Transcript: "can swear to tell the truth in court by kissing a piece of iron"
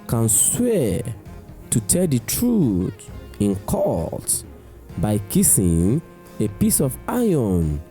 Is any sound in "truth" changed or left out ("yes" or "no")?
yes